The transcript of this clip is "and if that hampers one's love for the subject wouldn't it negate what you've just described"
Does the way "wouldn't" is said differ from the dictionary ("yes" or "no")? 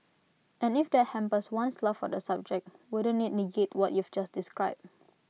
yes